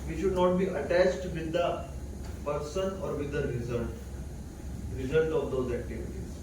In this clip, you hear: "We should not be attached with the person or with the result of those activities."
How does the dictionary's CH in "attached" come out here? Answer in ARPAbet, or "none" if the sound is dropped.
CH